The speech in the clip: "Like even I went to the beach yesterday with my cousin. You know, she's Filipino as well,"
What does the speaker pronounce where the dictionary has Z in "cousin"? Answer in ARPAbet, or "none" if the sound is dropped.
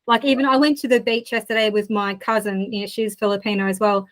Z